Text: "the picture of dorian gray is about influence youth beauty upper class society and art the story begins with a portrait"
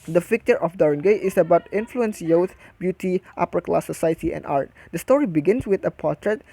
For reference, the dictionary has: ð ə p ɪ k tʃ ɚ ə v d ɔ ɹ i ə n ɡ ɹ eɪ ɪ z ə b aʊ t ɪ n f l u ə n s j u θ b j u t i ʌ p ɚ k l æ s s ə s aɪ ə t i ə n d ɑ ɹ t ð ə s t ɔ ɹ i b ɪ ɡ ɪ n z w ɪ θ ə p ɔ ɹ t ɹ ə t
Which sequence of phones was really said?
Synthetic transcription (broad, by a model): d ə f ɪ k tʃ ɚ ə f d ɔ ɹ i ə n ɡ eɪ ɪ s ə b aʊ t ɪ n f l u ə n s j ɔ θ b j u t i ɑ p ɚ k l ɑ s s ə s aɪ ə t i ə n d ɑ ɹ t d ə s t ɔ ɹ i b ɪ ɡ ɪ n s w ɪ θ ə p ɔ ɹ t ɹ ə t